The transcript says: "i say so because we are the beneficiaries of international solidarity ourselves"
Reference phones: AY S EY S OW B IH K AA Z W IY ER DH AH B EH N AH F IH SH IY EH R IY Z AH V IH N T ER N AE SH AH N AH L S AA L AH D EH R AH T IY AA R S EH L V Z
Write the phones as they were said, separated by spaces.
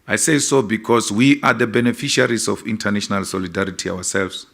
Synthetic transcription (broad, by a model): AY S EY S OW B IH K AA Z W IY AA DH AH B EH N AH F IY SH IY R IY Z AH F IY N T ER N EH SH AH N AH L S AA L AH D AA R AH T IY AA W S EH L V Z